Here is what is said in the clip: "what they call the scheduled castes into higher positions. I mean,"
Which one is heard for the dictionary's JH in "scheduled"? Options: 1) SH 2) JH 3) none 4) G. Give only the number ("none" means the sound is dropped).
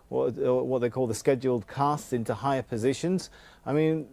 2